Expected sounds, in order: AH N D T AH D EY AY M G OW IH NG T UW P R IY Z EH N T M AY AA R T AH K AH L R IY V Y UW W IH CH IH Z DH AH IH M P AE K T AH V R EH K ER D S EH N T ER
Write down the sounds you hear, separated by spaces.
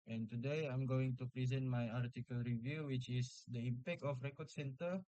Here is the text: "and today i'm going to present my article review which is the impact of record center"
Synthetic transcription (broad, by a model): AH N T AH D EY AY M G OW IH NG T UW P R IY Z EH N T M AY AA R T AH K AH L R IY V Y UW W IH CH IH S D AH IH M P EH K T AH F R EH K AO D S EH N T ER